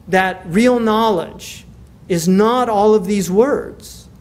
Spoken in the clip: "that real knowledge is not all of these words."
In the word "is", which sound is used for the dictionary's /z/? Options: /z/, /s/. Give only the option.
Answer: /z/